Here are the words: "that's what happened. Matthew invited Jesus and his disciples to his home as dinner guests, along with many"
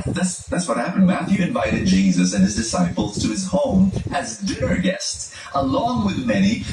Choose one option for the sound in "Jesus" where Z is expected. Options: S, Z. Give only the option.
Z